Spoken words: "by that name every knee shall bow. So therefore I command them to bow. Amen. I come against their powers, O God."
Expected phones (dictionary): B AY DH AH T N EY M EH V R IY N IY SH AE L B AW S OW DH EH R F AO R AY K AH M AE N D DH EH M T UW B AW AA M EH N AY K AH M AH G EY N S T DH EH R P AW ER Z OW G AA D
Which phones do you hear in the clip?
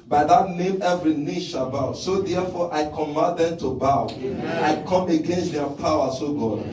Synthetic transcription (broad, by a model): B AY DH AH T N EY M EH V R IY N IY SH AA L B AW S OW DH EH F AO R AY K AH M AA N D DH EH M T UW B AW AA UH AY K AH M AH G EY N S T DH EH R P AW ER S OW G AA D